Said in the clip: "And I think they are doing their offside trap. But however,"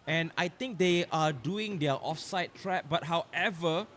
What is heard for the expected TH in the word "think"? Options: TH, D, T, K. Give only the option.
T